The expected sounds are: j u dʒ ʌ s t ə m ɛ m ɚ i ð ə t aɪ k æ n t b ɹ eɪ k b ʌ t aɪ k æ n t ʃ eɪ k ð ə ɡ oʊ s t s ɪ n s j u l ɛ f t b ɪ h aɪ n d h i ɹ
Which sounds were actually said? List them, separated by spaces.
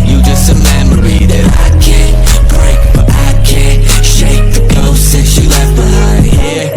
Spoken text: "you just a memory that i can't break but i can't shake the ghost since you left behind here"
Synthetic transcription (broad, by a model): j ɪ dʒ ʌ s t ə m ɛ m ɚ i ð ə t aɪ k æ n b ɹ eɪ k b ʌ t aɪ k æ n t ʃ eɪ k ð ə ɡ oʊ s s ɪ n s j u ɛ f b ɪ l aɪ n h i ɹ